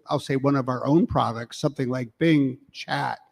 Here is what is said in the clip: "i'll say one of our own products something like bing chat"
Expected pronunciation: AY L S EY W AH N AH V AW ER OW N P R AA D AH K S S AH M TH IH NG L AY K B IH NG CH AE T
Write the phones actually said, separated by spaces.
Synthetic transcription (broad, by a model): AY L S EY W AH N AH V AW ER OW N P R AA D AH K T S AH M TH IH NG L AY K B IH NG CH AE T